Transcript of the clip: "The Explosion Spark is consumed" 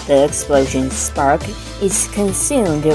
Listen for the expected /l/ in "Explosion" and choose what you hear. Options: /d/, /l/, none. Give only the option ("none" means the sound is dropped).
/l/